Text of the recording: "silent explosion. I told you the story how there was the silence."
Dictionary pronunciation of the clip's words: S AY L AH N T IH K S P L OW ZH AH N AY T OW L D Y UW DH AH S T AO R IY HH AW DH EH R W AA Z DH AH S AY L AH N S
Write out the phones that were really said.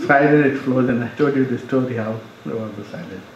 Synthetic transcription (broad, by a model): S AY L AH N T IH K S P L OW Z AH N AY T OW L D Y UW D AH S T AO R IY HH AW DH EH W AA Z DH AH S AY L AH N